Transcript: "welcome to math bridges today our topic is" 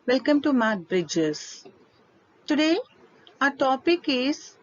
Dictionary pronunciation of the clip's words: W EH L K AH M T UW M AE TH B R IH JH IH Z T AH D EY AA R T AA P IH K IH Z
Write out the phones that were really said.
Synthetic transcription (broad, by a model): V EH L K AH M T UW M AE T B R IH JH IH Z T AH D EY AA T AA P IH K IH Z